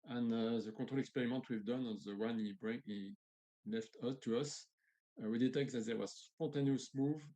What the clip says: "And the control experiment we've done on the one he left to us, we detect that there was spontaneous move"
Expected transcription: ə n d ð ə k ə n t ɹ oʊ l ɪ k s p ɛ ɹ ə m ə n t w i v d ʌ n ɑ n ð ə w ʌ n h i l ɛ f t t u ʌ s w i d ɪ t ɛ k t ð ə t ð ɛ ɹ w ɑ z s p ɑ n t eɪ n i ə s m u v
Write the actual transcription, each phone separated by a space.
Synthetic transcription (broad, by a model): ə n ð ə k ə t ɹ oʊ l ɪ k s p ɛ ɹ ə m ə n t w i v d ʌ n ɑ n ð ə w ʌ n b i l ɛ f t t u ʌ s w i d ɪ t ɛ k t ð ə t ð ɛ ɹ w ɑ z s p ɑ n t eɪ n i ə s m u v